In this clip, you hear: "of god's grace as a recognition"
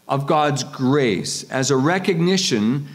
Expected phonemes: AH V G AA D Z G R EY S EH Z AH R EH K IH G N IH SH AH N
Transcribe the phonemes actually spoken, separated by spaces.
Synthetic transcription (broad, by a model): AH V G AA D Z G R EY S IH Z AH R EH K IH G N IH SH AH N